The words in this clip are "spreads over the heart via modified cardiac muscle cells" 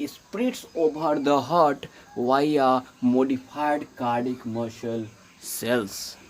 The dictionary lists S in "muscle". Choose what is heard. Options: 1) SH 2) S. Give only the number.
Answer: 1